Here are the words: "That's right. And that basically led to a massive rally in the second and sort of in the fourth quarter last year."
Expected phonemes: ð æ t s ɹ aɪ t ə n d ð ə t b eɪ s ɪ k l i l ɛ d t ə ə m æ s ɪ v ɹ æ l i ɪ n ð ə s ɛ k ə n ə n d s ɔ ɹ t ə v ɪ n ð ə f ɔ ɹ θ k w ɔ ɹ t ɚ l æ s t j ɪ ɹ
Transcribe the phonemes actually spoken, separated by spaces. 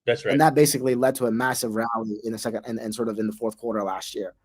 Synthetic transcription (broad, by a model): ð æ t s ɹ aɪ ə n ð ə t b eɪ s ɪ k l i l ɛ d t ə ə m æ s ɪ v ɹ æ l i ɪ n ð ə s ɛ k ə n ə n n s ɔ ɹ t ə v ɪ n ð ə f ɔ ɹ θ k w ɔ ɹ t ɚ l æ s t j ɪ ɹ